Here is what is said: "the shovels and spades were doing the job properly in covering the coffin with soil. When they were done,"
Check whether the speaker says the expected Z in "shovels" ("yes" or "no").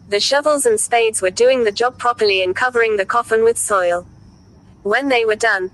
yes